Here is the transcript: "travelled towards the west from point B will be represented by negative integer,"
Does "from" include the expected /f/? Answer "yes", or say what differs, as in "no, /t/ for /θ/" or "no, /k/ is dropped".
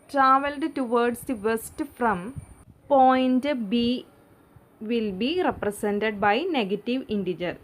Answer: yes